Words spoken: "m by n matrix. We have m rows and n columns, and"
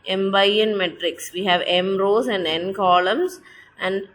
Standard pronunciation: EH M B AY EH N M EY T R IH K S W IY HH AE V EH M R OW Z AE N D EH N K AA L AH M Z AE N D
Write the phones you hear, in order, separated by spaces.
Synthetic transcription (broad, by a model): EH M B AY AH N M EY T R IH K S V IY HH AE V EH M R OW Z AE N D EH N K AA L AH M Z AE N D